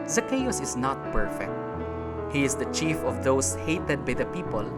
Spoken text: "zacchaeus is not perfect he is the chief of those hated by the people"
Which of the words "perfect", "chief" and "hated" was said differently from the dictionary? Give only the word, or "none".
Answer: none